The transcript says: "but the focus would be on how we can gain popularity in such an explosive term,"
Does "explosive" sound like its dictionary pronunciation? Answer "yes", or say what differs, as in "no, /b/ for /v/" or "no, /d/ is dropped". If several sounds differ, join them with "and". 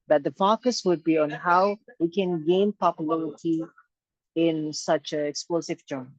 yes